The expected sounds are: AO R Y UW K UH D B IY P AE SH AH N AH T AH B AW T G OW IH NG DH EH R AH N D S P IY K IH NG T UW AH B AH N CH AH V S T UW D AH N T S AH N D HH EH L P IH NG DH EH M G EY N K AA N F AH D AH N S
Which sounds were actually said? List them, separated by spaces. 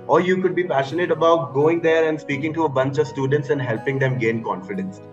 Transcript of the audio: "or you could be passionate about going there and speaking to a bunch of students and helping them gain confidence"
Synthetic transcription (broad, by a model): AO R Y UW K UH D B IY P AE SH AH N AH T AH B AW T G OW IH NG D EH R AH N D S P IY K IH NG T UW AH B AH N CH AH V S T UW D AH N T S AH N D HH EH L P IH NG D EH M G EY N K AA N F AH D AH N S